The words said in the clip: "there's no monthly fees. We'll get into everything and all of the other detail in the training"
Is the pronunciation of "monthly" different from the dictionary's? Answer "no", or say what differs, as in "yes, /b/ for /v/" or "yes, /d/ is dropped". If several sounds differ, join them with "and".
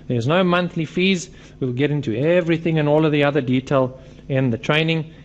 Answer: no